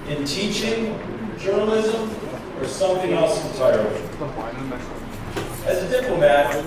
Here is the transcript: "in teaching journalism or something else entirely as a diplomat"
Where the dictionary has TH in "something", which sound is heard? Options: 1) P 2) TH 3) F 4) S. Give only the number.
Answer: 2